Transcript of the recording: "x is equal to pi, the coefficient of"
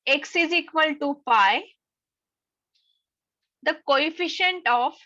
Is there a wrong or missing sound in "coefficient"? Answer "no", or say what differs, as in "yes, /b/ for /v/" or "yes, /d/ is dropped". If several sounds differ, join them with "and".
no